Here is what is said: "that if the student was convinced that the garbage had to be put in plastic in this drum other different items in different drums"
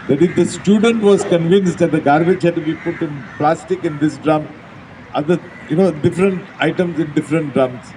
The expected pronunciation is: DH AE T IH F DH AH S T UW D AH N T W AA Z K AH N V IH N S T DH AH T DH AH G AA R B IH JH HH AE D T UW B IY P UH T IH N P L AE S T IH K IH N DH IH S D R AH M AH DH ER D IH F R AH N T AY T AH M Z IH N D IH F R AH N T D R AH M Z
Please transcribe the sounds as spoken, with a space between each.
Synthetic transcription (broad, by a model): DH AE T IH F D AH S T UW D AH N T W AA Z K AH N V IH N S T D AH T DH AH G AA R B IH JH HH AE D T UW B IY P UH T IH N P L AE S T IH K IH N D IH S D R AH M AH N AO D IH F R AH N T AY T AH M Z IH N D IH F R AH N T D R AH M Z